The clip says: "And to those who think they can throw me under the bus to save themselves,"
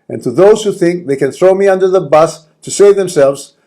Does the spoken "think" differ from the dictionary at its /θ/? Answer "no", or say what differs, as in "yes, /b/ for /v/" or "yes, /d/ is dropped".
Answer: no